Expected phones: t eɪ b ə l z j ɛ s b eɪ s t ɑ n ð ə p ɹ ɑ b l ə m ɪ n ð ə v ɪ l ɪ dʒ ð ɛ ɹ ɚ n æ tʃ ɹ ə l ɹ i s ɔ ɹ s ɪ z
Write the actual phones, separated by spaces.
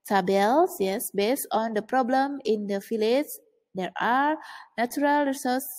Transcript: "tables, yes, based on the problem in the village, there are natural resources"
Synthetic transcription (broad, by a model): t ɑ b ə l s j ɛ s b eɪ s t ɑ n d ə p ɹ ɑ b l ə m ɪ n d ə f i l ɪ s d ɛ ɹ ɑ n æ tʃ ɹ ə l ɹ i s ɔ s